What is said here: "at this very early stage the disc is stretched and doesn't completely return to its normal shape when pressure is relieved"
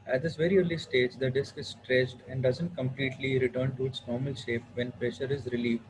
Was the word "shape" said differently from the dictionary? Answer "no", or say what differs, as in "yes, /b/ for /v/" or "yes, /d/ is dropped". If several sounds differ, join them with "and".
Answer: no